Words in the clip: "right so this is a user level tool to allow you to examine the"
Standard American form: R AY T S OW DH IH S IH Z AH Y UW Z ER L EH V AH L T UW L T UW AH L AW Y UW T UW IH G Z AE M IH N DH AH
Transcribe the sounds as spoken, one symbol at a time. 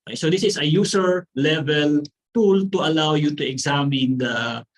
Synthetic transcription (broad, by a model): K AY S OW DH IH S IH S AH Y UW S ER L EH V AH L T UW L T UW AH L AW Y UW T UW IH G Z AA M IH N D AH